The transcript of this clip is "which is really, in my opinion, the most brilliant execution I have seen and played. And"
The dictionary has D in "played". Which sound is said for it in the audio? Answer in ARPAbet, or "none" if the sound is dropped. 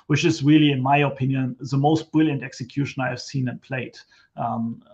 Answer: none